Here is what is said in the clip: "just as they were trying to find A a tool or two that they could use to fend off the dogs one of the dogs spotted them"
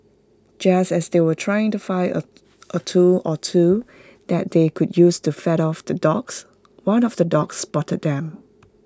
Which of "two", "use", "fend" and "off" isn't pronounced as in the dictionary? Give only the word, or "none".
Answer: fend